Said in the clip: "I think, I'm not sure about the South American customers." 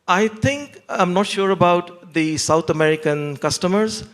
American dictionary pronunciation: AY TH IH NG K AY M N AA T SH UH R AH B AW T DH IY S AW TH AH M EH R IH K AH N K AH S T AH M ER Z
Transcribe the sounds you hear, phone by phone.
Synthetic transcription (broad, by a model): AY T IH NG K AY M N AA T SH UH R AH B AW T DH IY S AW T AH M EH R IH K AH N K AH S T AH M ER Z